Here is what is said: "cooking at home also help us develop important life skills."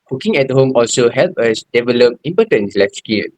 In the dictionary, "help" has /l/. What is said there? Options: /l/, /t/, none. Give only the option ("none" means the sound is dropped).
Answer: /l/